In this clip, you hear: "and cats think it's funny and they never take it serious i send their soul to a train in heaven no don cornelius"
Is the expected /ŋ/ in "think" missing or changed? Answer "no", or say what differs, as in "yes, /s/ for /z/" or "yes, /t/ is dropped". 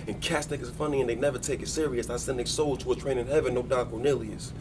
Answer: yes, /ŋ/ is dropped